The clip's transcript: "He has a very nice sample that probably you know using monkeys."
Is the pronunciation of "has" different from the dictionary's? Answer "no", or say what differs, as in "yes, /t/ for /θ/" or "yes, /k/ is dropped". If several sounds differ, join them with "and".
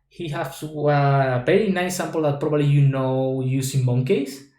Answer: yes, /s/ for /z/